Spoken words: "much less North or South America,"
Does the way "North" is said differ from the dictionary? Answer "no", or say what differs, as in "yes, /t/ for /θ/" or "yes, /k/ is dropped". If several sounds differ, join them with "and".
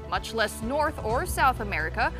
no